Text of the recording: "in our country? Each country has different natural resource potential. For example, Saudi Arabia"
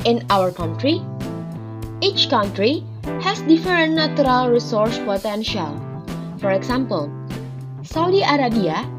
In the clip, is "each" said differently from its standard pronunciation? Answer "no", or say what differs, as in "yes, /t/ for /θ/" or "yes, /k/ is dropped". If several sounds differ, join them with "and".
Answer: no